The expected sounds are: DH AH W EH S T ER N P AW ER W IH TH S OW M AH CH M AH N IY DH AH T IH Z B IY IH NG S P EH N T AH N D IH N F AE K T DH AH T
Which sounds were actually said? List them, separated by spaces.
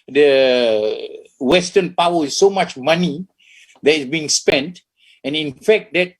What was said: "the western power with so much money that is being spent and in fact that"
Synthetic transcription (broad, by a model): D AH W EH S T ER N P AW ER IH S OW M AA CH M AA N IY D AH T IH S B IY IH NG S P EH N T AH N IH N F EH K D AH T